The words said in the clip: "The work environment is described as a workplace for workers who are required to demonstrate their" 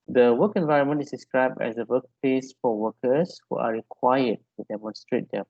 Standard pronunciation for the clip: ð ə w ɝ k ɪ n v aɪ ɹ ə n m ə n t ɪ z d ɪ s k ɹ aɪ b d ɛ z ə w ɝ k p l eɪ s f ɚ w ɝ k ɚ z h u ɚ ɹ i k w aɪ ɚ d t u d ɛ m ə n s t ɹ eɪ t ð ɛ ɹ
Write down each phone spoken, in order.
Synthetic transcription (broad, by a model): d ə w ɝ k ɪ n v aɪ ɹ ə n m ə n t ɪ s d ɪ s k ɹ aɪ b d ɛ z ə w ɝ k p l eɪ s f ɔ w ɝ k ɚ s h u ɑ ɹ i k w aɪ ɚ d t u d ɛ m ə n s t ɹ eɪ t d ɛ